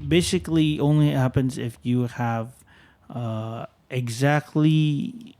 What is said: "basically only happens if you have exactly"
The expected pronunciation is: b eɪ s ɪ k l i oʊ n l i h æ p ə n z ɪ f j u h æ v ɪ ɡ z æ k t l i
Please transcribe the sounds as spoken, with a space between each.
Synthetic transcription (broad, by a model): b eɪ s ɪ k l i oʊ n l i h æ p ə n z ɪ f j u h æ v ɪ ɡ z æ k t l i